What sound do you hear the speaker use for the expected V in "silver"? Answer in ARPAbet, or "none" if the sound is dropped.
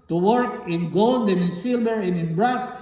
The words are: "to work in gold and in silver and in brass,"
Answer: B